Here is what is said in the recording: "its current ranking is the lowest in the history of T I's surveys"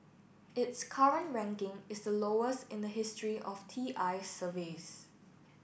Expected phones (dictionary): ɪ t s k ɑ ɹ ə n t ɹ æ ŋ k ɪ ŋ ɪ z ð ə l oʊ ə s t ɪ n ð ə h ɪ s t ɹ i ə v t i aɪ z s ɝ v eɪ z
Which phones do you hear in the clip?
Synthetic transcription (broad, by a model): ɪ t s k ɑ ɹ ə n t ɹ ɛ ŋ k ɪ ŋ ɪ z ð ə l oʊ ə s t ɪ n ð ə h ɪ s t ɹ i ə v t i aɪ s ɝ v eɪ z